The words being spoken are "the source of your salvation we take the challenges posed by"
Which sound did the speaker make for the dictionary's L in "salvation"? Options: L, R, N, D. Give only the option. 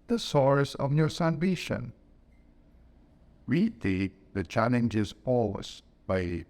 N